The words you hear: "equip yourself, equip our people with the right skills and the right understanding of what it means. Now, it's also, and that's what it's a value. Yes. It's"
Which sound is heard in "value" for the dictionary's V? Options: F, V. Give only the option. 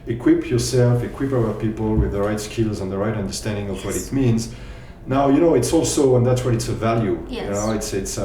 V